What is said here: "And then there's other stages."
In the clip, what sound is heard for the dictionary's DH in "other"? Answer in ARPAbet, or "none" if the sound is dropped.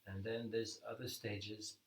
DH